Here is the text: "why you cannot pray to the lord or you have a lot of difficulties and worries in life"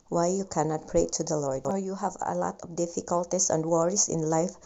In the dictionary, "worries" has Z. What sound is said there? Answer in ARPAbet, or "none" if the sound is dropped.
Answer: S